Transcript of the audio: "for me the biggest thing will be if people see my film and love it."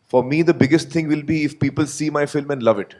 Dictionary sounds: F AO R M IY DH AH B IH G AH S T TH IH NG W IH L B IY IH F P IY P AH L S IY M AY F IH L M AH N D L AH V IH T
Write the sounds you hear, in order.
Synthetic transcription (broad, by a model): F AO R M IY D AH B IH G AH S T T IH NG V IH L B IY IH F P IY P AH L S IY M AY F IH L M AH N D L AH V IH T